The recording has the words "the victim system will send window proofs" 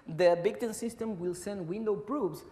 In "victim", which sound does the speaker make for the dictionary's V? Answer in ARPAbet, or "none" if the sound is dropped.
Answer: B